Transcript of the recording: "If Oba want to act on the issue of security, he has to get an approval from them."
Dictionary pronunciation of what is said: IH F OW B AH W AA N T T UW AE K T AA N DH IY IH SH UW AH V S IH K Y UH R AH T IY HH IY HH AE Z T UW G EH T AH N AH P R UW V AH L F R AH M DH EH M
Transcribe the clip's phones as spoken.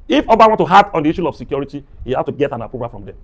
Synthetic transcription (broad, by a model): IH F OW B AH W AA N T T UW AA T AA N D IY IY SH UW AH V S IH K Y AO R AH T IY HH IY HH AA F T UW G EH T AH N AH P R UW P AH F R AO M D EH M